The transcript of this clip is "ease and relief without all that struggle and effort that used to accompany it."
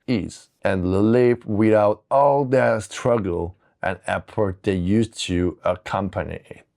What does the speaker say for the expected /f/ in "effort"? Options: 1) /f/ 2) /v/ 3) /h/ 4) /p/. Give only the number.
4